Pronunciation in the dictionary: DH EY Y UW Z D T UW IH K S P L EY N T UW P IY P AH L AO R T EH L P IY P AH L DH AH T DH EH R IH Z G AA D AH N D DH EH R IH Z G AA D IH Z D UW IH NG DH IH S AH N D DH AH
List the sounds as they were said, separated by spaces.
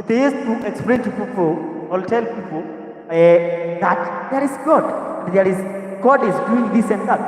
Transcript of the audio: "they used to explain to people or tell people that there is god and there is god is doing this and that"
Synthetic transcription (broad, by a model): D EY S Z T UW IH K S P L EY N T UW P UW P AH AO L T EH L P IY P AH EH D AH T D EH R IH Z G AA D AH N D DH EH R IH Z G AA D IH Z D UW IH NG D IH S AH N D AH